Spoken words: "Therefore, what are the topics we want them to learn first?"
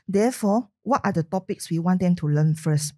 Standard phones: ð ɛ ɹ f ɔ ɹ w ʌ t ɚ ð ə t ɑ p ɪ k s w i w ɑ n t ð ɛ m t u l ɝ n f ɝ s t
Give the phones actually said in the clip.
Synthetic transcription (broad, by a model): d ɛ f ɔ w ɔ t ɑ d ə t ɑ p ɪ k s w i w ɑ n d ɛ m t u l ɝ n f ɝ s t